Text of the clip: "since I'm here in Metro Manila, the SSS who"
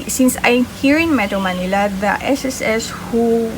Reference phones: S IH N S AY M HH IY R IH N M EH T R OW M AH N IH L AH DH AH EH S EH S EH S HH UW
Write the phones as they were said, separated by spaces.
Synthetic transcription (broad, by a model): S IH N S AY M HH IY R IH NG M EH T OW M AH N IH L AH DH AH EH S EH S EH S HH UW